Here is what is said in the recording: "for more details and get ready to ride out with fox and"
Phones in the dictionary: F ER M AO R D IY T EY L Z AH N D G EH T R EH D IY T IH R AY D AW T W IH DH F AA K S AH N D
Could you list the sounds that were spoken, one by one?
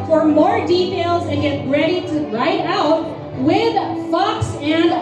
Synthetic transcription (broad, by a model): F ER M AO R D IY T EY L Z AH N G EH T R EH D IY T IH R AY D AW T W IH DH F AA K S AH N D